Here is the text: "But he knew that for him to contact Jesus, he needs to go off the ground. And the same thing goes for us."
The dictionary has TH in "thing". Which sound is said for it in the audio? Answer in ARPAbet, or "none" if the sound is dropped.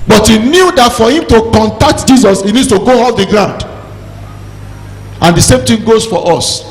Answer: T